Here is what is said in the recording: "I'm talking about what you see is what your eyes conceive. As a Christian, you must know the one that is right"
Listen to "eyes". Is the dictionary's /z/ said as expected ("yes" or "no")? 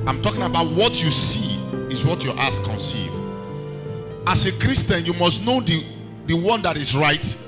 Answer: no